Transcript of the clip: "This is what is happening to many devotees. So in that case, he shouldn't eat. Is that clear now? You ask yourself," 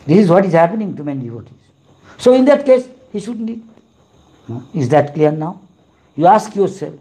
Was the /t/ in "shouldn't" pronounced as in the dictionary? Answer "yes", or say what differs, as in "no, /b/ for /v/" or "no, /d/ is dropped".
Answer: no, /t/ is dropped